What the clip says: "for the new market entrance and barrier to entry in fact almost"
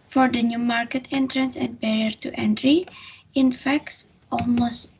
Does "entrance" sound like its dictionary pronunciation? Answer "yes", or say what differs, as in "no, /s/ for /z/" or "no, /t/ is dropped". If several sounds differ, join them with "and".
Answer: yes